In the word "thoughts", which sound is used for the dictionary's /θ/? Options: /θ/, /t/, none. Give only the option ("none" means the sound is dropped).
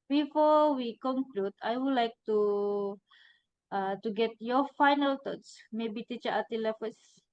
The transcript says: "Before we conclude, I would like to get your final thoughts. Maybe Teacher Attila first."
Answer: /t/